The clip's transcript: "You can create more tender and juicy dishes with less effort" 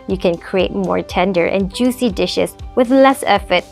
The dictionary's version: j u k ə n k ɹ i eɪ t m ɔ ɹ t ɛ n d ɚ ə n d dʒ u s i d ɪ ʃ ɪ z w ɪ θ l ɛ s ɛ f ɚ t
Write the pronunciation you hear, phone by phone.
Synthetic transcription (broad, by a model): j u k ə n k ɹ i eɪ t m ɔ ɹ t ɛ n d ɚ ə n dʒ u s i d ɪ ʃ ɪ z w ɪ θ l ɛ s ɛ f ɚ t